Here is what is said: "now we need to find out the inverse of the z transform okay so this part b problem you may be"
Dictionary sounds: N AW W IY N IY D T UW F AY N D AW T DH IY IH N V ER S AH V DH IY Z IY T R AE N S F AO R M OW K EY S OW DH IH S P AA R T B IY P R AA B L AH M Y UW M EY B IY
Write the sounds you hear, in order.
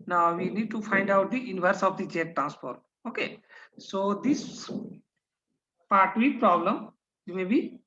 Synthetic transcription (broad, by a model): N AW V IY N IY D T UW F AY N D AW T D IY IH N V ER S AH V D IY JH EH T R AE N S P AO R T OW K EY S OW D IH S P AA R T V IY P R AA B L AH M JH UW M EY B IY